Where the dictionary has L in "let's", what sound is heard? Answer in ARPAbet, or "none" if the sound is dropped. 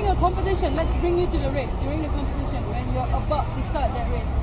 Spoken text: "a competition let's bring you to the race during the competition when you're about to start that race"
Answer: L